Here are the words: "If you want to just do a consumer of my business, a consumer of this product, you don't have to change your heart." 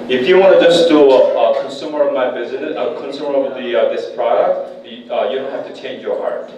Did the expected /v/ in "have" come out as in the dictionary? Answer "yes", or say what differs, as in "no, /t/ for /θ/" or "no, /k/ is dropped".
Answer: no, /f/ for /v/